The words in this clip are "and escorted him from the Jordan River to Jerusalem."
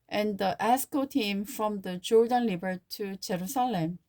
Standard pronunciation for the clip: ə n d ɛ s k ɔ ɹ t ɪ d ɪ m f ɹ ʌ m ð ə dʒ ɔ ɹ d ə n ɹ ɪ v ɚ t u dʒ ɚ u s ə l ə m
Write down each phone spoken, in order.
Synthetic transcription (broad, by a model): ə n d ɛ s k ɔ t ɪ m f ɹ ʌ m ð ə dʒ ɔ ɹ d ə n l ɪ b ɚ t u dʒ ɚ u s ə l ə m